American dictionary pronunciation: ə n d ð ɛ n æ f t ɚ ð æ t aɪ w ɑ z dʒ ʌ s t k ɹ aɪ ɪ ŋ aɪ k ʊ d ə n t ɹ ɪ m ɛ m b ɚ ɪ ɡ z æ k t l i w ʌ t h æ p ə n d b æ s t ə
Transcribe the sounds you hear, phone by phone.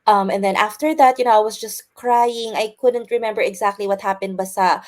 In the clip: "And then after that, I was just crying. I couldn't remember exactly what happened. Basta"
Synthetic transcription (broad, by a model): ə n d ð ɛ n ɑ f t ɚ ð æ t aɪ w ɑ s dʒ ʌ s t k ɹ aɪ ɪ ŋ aɪ k ʊ d ə n t ɹ ɪ m ɛ m b ɚ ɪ ɡ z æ k t l i w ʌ t h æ p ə n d b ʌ s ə